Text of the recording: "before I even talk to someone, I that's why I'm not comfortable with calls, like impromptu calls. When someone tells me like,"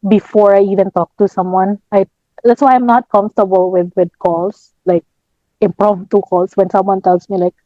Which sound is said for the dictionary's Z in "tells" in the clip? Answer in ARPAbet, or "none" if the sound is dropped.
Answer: S